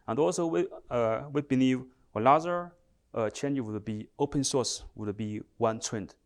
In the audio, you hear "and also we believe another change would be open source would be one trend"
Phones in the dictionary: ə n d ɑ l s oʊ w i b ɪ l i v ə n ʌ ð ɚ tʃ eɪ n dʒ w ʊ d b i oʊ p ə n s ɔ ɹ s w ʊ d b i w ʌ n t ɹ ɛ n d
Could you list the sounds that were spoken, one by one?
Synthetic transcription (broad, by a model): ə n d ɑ l s oʊ w i b ɪ l i v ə l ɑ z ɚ tʃ eɪ n dʒ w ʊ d b i oʊ p ə n s ɔ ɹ s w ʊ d b i w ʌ n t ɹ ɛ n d